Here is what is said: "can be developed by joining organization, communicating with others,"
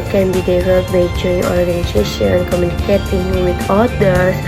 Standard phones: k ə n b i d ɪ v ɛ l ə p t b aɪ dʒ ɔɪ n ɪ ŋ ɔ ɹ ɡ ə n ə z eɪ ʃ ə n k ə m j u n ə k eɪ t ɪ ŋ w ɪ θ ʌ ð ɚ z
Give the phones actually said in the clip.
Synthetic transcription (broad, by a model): k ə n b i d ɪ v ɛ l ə t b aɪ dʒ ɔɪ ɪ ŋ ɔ ɹ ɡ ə n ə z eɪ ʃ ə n k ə m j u n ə k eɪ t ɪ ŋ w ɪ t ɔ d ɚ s